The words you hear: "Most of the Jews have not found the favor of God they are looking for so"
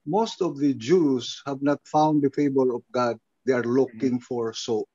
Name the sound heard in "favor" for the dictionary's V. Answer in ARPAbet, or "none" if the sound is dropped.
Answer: B